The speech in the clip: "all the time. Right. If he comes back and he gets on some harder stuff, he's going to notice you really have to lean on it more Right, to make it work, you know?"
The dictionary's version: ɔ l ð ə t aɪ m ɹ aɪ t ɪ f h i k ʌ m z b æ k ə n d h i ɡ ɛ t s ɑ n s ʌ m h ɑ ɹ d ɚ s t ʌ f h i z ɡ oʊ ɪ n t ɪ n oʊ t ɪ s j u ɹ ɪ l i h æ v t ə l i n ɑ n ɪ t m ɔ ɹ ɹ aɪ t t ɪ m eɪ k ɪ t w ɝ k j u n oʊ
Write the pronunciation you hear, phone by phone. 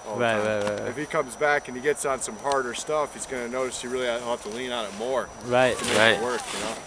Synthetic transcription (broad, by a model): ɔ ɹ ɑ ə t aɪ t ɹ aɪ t ɪ f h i k ʌ m z b æ k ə n i ɡ ɛ t s n s ʌ m h ɑ ɹ d ɚ s t ʌ f h i z ɡ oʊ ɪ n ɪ n oʊ t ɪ s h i ɹ ɪ l i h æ t ə l i n ɑ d ɪ t m ɔ ɹ ɹ aɪ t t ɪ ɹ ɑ ɪ t w ɝ k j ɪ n oʊ